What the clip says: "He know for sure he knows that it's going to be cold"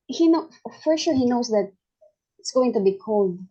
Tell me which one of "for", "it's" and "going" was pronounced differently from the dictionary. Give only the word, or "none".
none